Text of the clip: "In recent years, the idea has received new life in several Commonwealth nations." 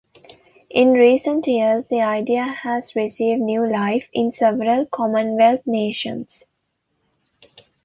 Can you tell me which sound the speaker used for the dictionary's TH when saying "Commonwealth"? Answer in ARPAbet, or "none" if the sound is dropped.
T